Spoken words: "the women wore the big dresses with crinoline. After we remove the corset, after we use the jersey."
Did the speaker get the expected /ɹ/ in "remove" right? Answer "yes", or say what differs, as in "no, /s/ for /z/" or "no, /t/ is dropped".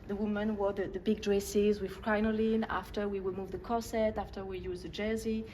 no, /w/ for /ɹ/